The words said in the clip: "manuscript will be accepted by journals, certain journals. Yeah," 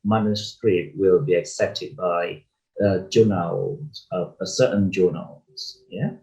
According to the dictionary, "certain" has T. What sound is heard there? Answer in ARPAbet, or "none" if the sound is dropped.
S